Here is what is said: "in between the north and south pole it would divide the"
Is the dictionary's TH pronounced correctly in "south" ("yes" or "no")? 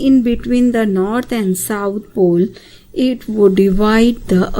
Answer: no